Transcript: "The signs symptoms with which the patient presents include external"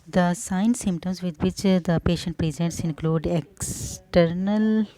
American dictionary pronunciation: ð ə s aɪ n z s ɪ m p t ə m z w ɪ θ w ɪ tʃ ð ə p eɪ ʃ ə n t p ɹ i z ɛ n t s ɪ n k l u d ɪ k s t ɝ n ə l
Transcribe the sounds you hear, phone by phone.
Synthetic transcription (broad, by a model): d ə s aɪ n s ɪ m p t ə m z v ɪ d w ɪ tʃ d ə p eɪ ʃ ə n t p ɹ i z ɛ n t s ɪ n k l u d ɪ k s t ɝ n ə l